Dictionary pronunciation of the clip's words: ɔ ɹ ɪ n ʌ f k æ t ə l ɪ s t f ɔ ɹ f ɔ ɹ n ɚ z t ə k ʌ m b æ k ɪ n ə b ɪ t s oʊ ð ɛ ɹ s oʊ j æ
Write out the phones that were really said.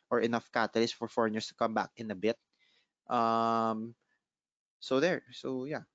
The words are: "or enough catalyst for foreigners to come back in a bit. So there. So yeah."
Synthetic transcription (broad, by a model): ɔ ɹ ɪ n ʌ f k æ t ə l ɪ s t f ɔ ɹ f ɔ ɹ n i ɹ t ə k ʌ m b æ k ɪ n ə b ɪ t s oʊ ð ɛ ɹ s oʊ j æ